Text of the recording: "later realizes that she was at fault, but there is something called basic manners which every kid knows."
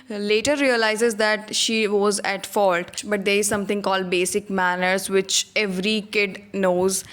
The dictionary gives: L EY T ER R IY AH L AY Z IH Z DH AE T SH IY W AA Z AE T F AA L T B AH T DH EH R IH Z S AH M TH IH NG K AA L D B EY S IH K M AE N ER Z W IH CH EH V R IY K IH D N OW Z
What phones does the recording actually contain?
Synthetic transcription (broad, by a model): L EY T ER R IY AH L AY Z IH Z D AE T SH IY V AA Z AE T F AA L T B AH T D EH R IH Z S AH M T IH NG K AA L D B EY S IH K M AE N ER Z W IH CH EH V R IY K IH D N OW Z